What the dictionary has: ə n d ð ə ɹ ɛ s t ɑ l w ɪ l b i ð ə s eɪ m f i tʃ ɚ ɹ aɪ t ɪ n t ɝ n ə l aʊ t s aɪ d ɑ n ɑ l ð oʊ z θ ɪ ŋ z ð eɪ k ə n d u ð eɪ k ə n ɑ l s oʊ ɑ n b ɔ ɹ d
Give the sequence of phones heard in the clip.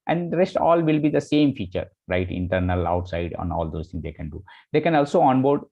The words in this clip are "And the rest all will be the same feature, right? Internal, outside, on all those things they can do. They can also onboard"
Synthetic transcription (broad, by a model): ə n d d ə ɹ ɛ s t ɑ l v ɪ l b i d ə s eɪ m f i tʃ ɚ ɹ aɪ t ɪ n t ɝ n ə l aʊ t s aɪ d ɑ n ɑ l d oʊ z t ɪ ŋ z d eɪ k ə n d u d eɪ k ə n ɑ l s oʊ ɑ n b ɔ ɹ d